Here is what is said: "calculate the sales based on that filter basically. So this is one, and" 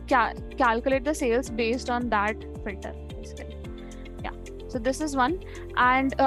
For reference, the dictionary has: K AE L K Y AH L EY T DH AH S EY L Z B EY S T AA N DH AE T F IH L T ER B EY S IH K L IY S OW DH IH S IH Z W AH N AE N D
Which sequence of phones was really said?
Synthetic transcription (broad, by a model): K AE L K Y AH L EY T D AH S EY L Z B EY S T AA N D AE T F IH L T ER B EY S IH K L IY S OW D IH S IH Z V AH N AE N D